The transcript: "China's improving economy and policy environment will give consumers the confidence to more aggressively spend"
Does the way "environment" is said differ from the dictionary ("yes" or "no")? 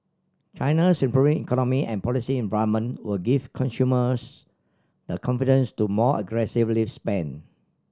yes